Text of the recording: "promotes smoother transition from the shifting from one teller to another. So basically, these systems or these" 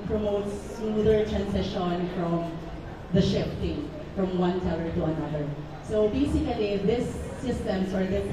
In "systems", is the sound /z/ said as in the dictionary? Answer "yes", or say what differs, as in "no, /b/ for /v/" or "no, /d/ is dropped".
no, /s/ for /z/